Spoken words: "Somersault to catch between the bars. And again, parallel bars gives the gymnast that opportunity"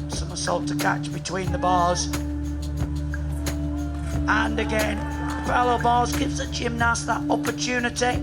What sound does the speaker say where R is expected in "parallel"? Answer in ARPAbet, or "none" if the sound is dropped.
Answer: L